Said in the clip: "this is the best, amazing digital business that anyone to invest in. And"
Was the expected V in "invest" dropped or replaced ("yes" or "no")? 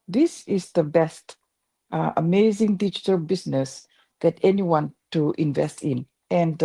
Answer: no